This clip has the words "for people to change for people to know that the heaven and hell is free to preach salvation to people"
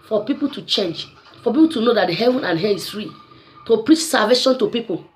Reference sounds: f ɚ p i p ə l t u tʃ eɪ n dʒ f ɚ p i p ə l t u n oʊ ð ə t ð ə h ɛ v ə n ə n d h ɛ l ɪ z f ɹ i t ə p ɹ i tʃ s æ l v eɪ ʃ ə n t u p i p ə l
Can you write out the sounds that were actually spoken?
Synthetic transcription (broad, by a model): f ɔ p i p ə l t u tʃ eɪ n dʒ f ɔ p i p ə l t u n oʊ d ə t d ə h ɛ v ə n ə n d h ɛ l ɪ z f ɹ i t ə p ɹ i tʃ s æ v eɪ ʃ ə n t u p i p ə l